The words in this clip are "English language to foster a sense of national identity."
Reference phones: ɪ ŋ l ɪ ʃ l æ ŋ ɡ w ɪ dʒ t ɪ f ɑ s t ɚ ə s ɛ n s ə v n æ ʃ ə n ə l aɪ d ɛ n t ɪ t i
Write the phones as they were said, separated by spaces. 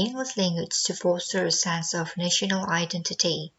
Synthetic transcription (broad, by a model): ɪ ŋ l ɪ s l æ ŋ ɡ w ɪ dʒ t ɪ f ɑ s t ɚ ə s ɛ n s ə v n æ ʃ ə n ə l aɪ d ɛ n t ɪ t i